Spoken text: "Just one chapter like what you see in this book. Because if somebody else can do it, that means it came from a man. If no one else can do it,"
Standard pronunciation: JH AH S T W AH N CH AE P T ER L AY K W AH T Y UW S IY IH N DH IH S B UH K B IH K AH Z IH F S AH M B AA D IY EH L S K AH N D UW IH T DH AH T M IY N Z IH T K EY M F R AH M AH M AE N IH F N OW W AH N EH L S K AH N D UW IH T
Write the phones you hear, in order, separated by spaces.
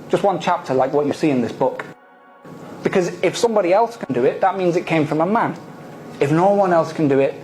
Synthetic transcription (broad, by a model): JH AH S T W AH N CH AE P T ER L AY K W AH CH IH S IY IH N DH IH S B UH K B IH K AH Z IH F S AH M B AA D IY EH L S K AH N D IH IH T DH AH T M IY N Z IH T K EY M F R AH M AH M AE N IH F N OW W AH N EH L S K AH N D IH IH T